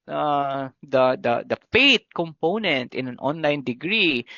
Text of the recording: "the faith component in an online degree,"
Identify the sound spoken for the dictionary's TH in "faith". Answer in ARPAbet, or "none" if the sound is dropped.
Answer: T